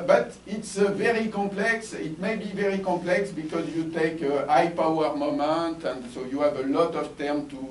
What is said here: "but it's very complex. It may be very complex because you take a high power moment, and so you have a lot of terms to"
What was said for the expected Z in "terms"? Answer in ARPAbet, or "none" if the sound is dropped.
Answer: none